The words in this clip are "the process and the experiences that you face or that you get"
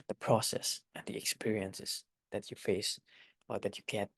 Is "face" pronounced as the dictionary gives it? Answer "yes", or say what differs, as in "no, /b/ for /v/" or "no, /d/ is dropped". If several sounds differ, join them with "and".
yes